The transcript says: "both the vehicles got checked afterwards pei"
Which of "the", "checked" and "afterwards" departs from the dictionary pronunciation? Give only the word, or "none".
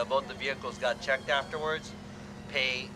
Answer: none